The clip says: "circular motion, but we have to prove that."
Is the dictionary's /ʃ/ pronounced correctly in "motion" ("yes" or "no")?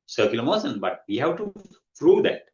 no